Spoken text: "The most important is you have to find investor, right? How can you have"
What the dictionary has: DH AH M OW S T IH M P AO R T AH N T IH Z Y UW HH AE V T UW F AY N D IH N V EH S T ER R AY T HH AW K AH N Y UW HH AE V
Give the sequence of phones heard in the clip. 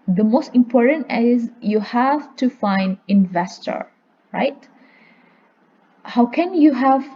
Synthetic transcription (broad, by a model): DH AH M OW S T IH M P AO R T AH N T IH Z Y UW HH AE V T UW F AY N D IH N V EH S T ER R AY T HH AW K AH N Y UW HH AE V